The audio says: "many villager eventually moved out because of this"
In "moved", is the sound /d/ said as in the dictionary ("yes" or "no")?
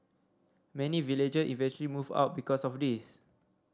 no